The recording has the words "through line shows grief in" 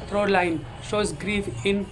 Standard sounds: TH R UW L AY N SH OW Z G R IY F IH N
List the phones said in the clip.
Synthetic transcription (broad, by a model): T R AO L AY N SH OW Z G R IY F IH N